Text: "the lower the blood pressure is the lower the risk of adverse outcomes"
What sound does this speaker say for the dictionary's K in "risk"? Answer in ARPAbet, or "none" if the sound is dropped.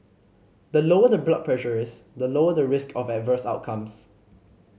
K